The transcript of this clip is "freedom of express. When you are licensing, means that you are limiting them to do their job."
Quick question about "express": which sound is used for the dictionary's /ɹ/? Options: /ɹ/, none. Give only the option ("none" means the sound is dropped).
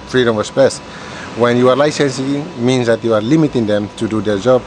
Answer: none